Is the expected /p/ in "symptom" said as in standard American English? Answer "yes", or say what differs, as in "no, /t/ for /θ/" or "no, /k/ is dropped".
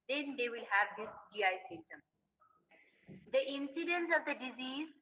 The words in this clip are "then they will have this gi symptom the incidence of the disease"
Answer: no, /p/ is dropped